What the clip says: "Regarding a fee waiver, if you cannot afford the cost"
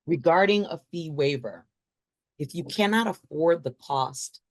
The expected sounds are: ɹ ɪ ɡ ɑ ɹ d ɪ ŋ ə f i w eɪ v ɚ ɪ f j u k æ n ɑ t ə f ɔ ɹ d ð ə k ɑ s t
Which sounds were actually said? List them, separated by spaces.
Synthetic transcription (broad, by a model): ɹ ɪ ɡ ɑ ɹ d ɪ ŋ ə f i w eɪ v ɚ ɪ f j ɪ k æ n ɑ t ə f ɔ ɹ d ð ə k ɑ s t